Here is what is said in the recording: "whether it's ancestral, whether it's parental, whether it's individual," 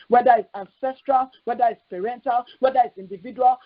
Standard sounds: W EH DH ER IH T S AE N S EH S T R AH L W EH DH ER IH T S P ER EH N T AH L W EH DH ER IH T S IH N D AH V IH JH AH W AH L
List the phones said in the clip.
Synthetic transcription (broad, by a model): W EH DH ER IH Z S AE N S EH S T R AH L W EH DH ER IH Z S P ER EH N T AH L W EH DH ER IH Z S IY N D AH V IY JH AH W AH L